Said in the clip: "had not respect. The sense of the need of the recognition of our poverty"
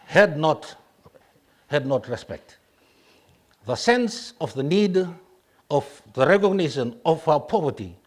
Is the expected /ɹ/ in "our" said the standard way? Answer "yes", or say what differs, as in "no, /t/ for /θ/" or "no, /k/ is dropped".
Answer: no, /w/ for /ɹ/